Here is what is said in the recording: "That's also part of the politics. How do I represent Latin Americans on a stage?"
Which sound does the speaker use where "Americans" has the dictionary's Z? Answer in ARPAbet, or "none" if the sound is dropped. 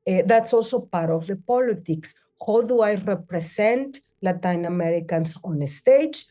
S